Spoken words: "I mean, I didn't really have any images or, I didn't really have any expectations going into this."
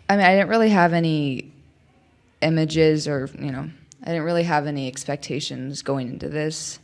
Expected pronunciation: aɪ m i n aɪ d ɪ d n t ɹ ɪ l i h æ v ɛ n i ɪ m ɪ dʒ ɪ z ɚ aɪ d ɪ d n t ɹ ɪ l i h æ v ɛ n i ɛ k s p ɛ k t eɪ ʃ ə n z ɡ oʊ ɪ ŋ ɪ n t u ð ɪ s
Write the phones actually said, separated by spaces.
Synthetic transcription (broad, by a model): aɪ m i n aɪ d ɪ d n t ɹ ɪ l i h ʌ v ɛ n i ɪ m ɪ dʒ ɪ z ɚ aɪ d ɪ d n t ɹ ɪ l i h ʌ v ɛ n i ɛ k s p ɛ k t eɪ ʃ ə n z ɡ oʊ ɪ ŋ ɪ n t u ð ɪ s